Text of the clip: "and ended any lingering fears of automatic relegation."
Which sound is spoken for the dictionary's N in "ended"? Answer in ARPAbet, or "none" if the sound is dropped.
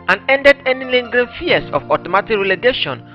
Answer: N